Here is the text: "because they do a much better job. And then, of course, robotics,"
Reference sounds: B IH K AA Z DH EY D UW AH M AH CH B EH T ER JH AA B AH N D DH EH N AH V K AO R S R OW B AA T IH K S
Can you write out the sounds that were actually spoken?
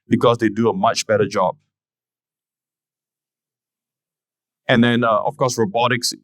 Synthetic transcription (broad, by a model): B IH K AA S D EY D UW AH M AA CH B EH T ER JH AA B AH N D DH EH N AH F K AO S R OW B AA T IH K S